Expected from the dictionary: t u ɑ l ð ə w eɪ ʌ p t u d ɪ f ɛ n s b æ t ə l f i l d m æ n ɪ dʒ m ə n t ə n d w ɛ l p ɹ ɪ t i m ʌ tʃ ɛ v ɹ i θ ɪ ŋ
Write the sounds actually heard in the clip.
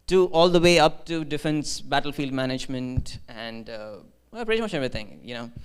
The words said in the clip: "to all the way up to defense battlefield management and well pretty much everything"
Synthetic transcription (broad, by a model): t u ɑ l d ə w eɪ ʌ p t u d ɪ f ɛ n s b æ t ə l f i l d m æ n ɪ dʒ m ə n t ə n d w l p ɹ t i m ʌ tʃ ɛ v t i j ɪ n